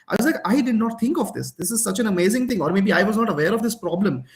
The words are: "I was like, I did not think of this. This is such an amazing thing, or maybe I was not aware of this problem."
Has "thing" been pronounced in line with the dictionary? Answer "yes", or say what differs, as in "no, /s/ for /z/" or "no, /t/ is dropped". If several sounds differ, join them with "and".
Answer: no, /t/ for /θ/